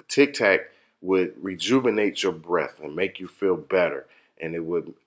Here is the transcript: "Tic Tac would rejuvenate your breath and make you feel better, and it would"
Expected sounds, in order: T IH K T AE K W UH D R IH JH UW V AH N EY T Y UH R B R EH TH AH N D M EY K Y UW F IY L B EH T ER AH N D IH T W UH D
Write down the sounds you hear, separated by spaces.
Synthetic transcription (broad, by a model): T IH K T AE K W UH D R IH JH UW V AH N EY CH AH R B R EH TH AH N M EY K Y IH F IY L B EH T ER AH N IH T W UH D